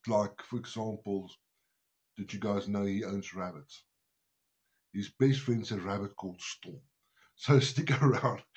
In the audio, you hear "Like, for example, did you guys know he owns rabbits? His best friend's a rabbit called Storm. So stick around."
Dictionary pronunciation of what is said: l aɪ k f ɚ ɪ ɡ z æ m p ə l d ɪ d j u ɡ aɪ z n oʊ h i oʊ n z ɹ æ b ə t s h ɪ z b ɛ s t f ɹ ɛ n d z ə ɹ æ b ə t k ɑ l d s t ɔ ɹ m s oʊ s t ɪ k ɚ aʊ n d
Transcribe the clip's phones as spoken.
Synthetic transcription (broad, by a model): l aɪ k f ɚ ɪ ɡ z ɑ m p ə l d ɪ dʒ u ɡ aɪ z n oʊ h i oʊ n z ɹ æ b ə t s h ɪ z b ɛ s t f ɹ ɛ n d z ə ɹ æ b ə t k ɑ l d s t ɔ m s oʊ s t ɪ k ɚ aʊ n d